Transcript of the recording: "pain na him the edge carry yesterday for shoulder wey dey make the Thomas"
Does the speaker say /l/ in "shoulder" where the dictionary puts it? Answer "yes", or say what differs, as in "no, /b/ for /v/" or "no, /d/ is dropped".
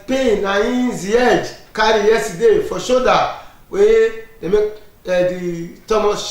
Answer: no, /l/ is dropped